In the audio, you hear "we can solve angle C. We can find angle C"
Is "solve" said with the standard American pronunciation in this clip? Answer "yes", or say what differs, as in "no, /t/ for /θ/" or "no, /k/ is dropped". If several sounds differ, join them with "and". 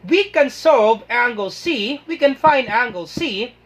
no, /l/ is dropped